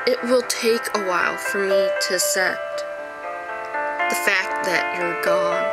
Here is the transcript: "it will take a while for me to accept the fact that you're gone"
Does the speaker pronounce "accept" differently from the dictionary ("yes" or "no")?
yes